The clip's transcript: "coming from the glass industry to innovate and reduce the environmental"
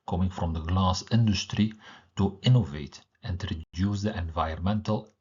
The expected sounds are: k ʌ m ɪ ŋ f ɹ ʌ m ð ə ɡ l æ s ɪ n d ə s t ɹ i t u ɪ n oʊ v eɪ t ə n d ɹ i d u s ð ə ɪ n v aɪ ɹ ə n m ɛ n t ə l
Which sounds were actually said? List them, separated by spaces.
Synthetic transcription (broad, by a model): k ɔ m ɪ ŋ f ɹ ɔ m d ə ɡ l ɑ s ɪ n d ə s t ɹ i t u ɪ n oʊ v eɪ t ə n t ɹ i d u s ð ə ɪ n v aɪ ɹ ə n m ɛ n t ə l